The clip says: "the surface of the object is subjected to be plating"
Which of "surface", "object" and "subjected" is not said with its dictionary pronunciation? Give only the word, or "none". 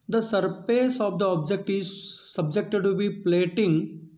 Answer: surface